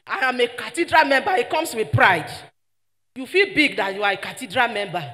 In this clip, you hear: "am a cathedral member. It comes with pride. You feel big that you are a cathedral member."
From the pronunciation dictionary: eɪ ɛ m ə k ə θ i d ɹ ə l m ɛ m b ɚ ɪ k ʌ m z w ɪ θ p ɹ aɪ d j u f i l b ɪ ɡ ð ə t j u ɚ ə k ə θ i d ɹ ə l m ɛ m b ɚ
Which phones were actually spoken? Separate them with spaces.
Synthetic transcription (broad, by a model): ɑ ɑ m ə k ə t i d ɹ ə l m ɛ m b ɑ ɪ k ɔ m s w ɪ p ɹ aɪ d j u f i l b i ɡ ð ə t j u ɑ ə k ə t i d ɹ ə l m ɛ m b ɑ